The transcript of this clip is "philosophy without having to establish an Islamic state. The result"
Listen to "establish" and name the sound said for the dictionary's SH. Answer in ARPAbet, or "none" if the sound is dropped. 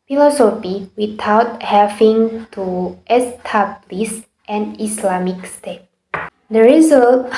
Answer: S